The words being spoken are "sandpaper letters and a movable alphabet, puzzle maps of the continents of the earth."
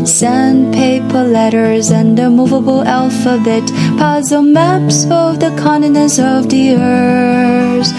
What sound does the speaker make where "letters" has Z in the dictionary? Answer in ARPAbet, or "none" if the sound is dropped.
Z